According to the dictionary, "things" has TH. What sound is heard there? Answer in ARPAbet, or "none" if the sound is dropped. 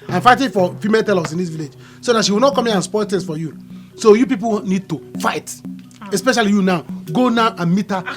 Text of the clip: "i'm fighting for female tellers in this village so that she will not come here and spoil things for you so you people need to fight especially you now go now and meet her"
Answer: T